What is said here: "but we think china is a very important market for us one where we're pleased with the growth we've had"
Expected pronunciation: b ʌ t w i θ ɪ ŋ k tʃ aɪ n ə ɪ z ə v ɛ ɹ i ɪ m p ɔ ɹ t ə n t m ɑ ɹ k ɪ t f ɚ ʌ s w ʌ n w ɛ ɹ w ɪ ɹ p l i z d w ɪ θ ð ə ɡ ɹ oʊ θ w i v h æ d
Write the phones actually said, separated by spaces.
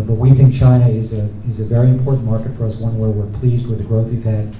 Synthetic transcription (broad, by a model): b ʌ t w i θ ɪ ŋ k tʃ aɪ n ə ɪ z ə v ɛ ɹ i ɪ m p ɔ ɹ t n m ɑ ɹ k ɪ t f ɚ ʌ s w ʌ n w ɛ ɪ w ɪ ɹ p l i z d w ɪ ð ə ɡ ɹ oʊ θ w i v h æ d